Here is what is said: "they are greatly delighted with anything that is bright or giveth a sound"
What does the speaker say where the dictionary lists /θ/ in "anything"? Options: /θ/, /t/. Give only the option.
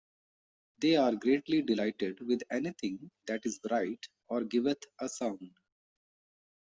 /t/